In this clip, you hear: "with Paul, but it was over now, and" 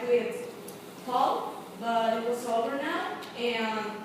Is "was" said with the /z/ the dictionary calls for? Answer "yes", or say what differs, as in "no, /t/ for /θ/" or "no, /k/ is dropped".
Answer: no, /s/ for /z/